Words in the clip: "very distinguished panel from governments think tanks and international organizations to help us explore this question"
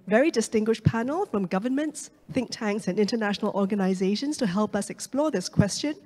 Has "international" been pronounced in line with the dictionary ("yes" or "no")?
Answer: yes